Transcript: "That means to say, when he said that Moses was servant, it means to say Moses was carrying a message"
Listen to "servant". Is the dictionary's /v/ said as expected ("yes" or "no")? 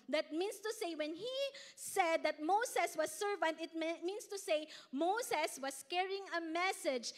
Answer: yes